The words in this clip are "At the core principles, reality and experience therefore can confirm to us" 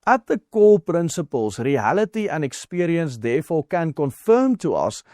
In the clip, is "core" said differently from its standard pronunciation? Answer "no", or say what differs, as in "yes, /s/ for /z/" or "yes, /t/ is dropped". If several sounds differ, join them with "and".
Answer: yes, /l/ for /ɹ/